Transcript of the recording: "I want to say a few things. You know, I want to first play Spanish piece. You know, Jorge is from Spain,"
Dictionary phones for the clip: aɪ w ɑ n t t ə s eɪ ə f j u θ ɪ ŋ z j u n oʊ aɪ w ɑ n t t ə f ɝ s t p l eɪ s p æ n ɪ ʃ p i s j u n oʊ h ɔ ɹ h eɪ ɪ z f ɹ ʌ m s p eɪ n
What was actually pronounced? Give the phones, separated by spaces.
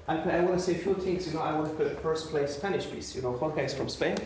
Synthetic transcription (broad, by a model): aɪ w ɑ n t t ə s eɪ ə f j u t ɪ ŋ s j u n oʊ aɪ w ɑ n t t ə f ɝ s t p l eɪ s p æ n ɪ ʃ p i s j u n oʊ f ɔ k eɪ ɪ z f ɹ ʌ m s p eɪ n